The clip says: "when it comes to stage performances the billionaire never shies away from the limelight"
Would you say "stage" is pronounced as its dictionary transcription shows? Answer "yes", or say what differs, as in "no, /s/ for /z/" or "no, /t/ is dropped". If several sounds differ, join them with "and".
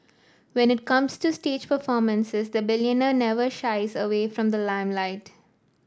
yes